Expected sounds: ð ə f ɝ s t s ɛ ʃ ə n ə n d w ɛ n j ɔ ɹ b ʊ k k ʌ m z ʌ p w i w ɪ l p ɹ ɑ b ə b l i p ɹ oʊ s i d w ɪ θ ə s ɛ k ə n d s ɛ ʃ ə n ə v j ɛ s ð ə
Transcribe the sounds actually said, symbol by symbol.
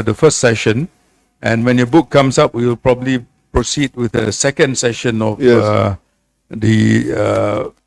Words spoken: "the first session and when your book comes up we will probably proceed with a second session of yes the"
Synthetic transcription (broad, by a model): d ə f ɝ s t s ɛ ʃ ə n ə n w ɛ n j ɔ b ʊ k k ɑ m s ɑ p w i w ɪ l p ɹ ɑ b ə b l i p ɹ oʊ s i d w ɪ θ ə s ɛ k ə n d s ɛ ʃ ə n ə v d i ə